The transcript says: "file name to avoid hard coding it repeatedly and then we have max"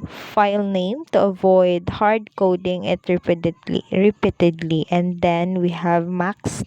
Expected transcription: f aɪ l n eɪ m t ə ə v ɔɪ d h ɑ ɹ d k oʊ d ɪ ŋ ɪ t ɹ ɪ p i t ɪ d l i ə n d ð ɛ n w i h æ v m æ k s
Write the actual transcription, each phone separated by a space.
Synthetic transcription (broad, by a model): f aɪ l n eɪ m t ə ə v ɔɪ d h ɑ ɹ d k oʊ d ɪ ŋ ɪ t ɹ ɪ p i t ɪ d l i ə n d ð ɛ n w i h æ v m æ k s